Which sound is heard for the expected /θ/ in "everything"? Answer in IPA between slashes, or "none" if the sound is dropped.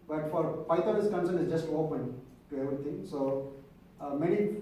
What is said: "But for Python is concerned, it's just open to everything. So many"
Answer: /t/